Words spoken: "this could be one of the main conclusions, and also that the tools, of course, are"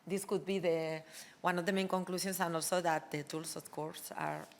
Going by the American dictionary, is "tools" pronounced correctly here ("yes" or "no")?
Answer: no